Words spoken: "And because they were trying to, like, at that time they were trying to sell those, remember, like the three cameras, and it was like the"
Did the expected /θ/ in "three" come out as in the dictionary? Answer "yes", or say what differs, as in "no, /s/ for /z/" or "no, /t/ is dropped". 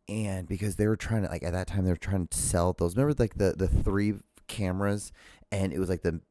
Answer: yes